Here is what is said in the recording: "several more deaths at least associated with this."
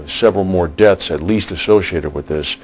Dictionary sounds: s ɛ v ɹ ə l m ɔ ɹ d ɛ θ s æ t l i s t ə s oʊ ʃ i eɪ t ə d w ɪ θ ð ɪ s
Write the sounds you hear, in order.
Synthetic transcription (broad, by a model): s ɛ v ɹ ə l m ɔ ɹ d ɛ θ s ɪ t l i s t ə s oʊ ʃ i eɪ t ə d w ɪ ð ɪ s